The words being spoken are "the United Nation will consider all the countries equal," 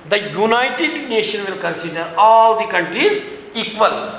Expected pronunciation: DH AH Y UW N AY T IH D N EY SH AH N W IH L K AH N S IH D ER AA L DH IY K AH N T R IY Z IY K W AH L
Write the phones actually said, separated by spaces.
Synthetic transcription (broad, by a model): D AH Y UW N AY T IH D N EY SH AH N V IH L K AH N S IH D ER AA L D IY K AH N T R IY Z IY K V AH L